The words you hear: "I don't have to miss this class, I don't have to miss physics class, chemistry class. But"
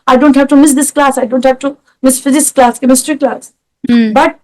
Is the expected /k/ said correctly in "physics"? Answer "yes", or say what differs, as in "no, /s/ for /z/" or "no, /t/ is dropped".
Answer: no, /k/ is dropped